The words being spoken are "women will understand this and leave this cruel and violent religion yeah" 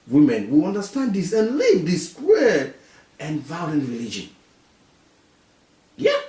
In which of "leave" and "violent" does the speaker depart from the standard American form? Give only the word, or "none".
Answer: none